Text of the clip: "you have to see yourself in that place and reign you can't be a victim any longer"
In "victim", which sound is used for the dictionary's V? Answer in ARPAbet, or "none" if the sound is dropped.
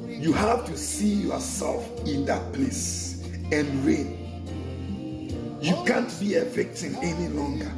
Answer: F